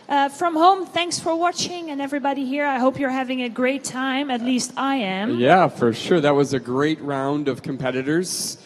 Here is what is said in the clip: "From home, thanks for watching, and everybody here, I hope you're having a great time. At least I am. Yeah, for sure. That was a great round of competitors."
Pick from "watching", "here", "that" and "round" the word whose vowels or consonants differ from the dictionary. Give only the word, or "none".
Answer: none